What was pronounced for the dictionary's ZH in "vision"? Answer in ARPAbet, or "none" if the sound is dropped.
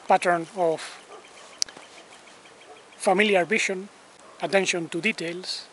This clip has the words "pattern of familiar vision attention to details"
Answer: SH